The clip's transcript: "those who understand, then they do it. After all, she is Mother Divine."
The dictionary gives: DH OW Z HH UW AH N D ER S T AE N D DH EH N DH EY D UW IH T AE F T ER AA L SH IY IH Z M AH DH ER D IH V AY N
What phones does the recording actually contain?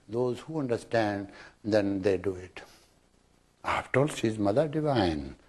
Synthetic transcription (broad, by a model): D OW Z HH UW AH N D ER S T AE N D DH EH N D EY D UW IH T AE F T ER AA L S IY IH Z M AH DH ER D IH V AY N